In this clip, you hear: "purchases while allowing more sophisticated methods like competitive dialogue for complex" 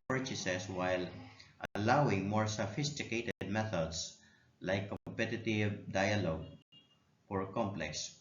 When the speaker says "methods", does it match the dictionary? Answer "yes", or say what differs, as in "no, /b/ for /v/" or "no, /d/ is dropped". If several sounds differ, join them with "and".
no, /s/ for /z/